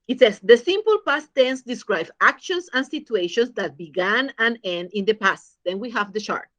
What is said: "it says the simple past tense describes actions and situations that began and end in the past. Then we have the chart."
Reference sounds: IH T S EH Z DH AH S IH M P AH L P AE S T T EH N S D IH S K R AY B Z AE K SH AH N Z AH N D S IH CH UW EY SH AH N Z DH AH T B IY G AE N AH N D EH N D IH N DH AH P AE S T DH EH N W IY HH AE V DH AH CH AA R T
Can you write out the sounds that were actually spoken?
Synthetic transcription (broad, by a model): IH T S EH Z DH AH S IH M P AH L P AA S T T EH N S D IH S K R AY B AA K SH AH N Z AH N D S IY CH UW EY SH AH N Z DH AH T B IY G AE N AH N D EH N D IH N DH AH P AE S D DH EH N W IY HH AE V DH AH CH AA R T